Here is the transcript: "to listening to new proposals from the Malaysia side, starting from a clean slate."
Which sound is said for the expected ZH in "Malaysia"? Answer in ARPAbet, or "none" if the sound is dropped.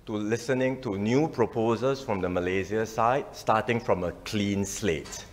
Z